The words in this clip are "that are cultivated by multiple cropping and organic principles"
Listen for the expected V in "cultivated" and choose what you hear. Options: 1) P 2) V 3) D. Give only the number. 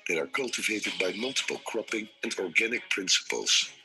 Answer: 2